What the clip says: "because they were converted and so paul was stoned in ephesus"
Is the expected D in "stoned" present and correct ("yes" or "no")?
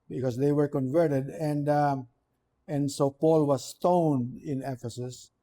yes